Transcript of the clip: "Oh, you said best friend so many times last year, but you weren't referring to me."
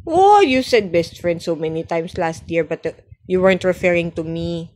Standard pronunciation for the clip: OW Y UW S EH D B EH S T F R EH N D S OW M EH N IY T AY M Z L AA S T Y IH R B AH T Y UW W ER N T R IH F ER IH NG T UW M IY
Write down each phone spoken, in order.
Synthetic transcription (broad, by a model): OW Y UW S EH D B EH S T F R EH N D S OW M EH N IY T AY M S L AA S T Y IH R B AH T Y UW W ER N T R IH F ER IH NG T UW M IY